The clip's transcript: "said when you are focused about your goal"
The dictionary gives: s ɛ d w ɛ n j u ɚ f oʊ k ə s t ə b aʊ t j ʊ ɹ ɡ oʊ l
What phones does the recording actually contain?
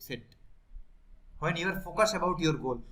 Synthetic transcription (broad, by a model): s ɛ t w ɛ n j u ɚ f oʊ k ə s ə b aʊ t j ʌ ɹ ɡ oʊ l